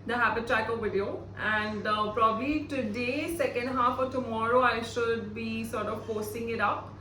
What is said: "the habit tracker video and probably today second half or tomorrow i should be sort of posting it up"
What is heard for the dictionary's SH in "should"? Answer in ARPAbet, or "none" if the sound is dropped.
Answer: SH